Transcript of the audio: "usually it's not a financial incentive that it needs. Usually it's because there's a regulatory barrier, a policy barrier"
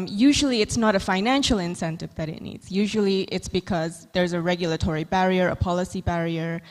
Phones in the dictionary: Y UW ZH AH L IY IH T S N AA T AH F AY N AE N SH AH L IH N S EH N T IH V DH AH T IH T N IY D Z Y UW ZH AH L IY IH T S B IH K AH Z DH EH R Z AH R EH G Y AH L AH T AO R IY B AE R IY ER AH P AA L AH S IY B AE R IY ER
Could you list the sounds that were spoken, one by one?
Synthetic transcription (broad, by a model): Y UW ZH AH L IY IH T S N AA T AH F AY N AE N SH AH L IH N S EH N T IH V DH AH T IH T N IY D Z Y UW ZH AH L IY IH T S B IH K AH Z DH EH R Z AH R EH G Y AH L AH T AO R IY B AE R IY ER AH P AA L AH S IY B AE R IY ER